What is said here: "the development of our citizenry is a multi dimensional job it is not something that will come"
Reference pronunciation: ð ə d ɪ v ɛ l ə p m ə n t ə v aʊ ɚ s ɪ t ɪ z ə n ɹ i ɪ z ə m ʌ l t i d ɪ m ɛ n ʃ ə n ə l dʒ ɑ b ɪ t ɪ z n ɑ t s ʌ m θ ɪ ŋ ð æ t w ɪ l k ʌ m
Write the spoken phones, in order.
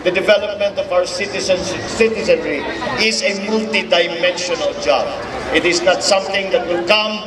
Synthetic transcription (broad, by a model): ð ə d ɪ v ɛ l ə p m ə n t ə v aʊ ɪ s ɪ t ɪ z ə n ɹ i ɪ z ə m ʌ l t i d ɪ m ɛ n ʃ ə n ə l dʒ ɑ b ɪ t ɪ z n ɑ t s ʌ m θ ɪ ŋ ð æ t w ɪ l k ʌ m